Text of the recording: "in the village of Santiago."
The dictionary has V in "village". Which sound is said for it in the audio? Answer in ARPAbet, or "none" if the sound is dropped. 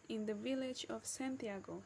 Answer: V